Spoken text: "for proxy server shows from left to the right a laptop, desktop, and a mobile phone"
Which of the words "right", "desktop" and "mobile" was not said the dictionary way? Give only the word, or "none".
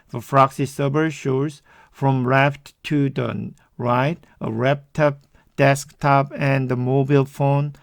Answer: none